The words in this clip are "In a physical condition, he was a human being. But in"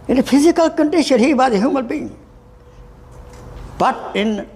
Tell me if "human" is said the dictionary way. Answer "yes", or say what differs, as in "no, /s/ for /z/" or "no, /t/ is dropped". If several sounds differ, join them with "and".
no, /l/ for /n/